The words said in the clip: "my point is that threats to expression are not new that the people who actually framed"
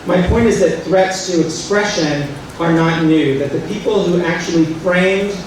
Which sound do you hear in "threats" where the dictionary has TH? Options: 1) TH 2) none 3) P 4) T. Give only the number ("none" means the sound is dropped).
1